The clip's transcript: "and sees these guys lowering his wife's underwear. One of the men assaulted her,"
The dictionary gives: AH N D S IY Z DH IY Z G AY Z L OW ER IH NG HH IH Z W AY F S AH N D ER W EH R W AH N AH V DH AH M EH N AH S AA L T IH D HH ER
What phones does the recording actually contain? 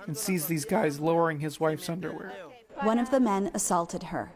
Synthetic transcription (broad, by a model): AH N S IY Z DH IY Z G AY Z L OW ER IH NG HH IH Z W AY F S AH N D ER W EH R W AH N AH V DH AH M EH N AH S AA L T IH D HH ER